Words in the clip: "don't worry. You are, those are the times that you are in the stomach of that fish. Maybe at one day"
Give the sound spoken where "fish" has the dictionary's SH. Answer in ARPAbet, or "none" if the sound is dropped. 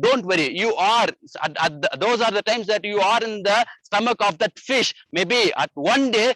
SH